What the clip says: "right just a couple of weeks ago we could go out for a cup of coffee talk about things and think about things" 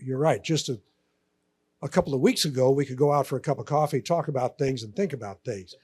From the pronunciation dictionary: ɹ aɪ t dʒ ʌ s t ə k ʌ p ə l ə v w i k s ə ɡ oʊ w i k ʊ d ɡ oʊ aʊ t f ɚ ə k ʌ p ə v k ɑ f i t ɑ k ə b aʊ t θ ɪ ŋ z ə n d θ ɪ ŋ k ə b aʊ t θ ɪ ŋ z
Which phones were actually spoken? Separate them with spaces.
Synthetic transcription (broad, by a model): ɹ aɪ t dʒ ʌ s t ə k ʌ p l ə v w i k s ə ɡ oʊ w i k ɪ d ɡ oʊ aʊ t f ɚ ə k ʌ p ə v k ɑ f i t ɑ k ə b aʊ t θ ɪ ŋ z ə n θ ɪ ŋ k ə b aʊ t θ ɪ ŋ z